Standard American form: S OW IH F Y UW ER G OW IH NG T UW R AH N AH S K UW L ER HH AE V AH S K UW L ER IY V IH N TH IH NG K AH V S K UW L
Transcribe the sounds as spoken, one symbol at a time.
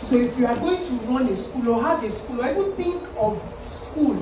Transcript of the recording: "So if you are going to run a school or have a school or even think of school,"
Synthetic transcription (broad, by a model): S OW IH F Y UW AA G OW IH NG T UW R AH N AH S K UW L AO HH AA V AH S K UW L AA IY W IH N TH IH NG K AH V S K UW L